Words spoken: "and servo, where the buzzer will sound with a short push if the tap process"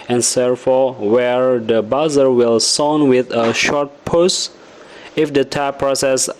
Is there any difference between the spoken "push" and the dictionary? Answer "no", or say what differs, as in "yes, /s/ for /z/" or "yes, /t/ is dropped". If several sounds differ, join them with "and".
yes, /s/ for /ʃ/